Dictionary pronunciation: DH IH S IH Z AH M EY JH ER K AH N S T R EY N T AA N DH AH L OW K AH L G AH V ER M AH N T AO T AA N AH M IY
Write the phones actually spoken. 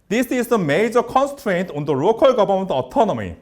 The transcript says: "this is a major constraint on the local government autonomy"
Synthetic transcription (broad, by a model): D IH S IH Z AH M EY JH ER K AH N S T R EY N T AA N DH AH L OW K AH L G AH B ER M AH N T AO T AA N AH M IY